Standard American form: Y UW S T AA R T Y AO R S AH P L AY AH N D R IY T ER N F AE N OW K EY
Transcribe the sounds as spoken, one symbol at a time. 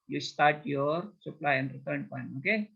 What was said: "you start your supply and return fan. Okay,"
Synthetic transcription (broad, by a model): Y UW S T AA R T Y AO R S AH P L AY AH N D R IY T ER N P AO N OW K EY